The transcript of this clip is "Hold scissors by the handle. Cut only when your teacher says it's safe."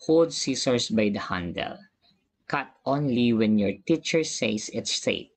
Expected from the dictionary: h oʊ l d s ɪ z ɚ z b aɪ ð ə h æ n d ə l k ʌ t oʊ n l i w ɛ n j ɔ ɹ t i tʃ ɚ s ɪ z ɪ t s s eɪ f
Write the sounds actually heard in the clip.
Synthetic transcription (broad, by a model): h oʊ l d s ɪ s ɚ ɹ b aɪ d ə h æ n d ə l k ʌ t oʊ n l i w ɛ n j ɔ ɹ t i tʃ ɚ s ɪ s ɪ t s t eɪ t